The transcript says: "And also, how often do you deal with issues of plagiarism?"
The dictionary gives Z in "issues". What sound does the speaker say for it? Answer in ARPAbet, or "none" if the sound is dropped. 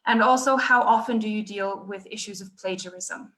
Z